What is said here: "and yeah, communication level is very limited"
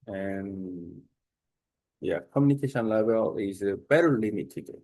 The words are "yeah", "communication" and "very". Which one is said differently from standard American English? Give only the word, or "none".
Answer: very